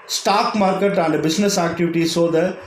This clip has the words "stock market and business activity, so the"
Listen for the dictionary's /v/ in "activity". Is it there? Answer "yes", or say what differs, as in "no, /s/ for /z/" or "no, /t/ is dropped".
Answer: yes